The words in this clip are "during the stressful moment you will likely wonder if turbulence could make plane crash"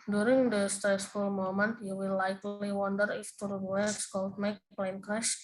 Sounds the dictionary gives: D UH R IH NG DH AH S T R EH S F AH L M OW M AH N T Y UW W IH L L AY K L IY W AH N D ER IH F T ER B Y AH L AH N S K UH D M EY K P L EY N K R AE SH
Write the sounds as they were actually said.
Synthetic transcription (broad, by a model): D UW R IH NG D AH S T R EH S F AH L M OW M AH N T Y UW W IH L L AY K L IY W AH N D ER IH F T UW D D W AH S K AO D M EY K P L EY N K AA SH